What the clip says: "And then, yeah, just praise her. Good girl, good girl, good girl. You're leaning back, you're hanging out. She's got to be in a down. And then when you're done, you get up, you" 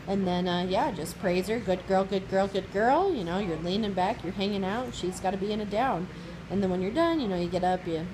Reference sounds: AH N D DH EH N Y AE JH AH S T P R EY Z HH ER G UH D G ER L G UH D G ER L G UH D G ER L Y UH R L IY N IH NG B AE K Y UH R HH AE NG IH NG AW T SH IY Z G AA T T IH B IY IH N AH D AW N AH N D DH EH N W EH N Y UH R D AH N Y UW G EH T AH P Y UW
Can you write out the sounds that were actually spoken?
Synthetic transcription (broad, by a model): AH N DH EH N Y AE JH AH S P R EY Z ER G UH D G ER L G UH D G ER L G UH D G ER L Y UH R L IY N IH NG B AE K Y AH R HH AE NG IH NG AW T SH IY Z G AA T T IH B IY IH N AH D AW N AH N DH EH N W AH N Y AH R D AH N Y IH G EH T AH P Y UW